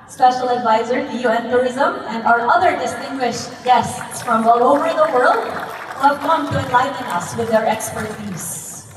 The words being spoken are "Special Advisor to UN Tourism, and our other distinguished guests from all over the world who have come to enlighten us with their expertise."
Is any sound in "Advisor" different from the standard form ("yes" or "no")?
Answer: no